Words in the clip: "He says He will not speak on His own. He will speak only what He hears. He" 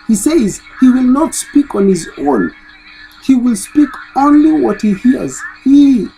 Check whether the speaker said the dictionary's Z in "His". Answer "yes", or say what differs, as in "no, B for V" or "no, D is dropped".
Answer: yes